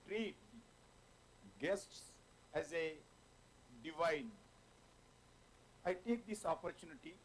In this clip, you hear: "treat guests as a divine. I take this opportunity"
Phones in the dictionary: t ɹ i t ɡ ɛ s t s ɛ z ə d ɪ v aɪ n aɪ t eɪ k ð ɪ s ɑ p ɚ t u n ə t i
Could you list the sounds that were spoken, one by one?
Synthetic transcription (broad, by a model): t ɹ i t ɡ ɛ s t s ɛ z ə d ɪ v aɪ n aɪ t eɪ k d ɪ s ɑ p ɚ t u n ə t i